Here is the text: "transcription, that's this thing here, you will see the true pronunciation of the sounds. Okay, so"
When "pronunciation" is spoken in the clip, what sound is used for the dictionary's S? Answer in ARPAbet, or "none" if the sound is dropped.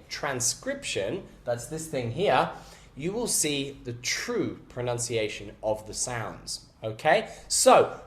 S